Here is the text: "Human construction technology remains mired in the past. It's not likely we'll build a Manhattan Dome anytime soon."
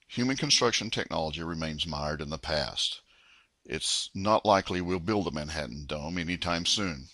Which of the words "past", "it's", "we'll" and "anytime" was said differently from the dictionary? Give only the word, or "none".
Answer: none